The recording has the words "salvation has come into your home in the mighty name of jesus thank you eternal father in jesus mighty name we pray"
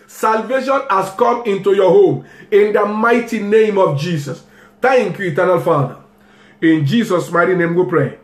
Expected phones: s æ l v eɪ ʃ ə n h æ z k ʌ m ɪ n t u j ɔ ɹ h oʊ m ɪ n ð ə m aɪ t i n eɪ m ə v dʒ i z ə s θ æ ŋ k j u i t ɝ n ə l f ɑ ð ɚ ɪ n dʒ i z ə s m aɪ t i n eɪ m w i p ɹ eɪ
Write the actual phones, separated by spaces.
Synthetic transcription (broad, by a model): s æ l v eɪ ʃ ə n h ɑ s k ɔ m ɪ n t u j ɔ h oʊ m ɪ n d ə m aɪ t i n eɪ m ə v dʒ i s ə s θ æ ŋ k j u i t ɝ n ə l f ɑ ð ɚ ɪ n dʒ i s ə s m aɪ t i n eɪ m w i p ɹ eɪ